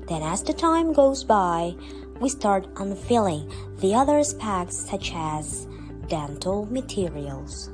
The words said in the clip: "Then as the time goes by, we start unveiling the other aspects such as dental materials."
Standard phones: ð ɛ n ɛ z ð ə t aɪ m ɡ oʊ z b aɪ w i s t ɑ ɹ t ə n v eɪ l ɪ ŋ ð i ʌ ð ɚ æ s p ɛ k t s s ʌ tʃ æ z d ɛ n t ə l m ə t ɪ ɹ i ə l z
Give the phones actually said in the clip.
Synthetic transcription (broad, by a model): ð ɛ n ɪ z ð ə t aɪ m ɡ oʊ z b aɪ w i s t ɑ ɹ t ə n f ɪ l ɪ ŋ ð i ʌ ð ɚ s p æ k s s ʌ tʃ æ z d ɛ n t l m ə t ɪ ɹ i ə l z